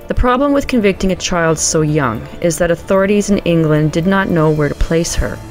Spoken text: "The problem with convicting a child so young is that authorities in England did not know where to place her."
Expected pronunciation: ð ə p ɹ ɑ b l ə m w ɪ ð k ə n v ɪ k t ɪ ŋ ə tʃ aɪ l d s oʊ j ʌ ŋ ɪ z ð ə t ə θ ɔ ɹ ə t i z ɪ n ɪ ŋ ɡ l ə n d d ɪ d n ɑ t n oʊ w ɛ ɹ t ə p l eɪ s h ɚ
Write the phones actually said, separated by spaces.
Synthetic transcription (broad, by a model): ð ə p ɹ ɑ b l ə m w ɪ ð k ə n v ɪ k t ɪ ŋ ə tʃ aɪ l d s oʊ j ʌ ŋ ɪ z ð ə t ə θ ɔ ɹ ə t i z ɪ n ɪ ŋ ɡ l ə n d d ɪ d n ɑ t n oʊ w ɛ ɹ t ə p l eɪ s h ɚ